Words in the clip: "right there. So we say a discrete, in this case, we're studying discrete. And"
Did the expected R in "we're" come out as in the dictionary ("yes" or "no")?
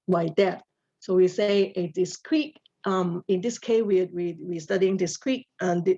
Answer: no